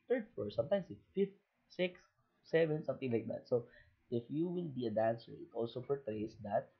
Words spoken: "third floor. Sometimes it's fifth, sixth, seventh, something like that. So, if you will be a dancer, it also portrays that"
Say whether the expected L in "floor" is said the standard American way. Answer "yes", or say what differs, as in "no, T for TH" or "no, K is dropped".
no, L is dropped